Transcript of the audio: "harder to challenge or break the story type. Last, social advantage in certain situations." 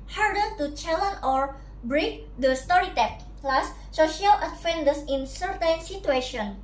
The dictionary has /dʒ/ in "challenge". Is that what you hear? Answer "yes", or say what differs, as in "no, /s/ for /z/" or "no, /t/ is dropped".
no, /dʒ/ is dropped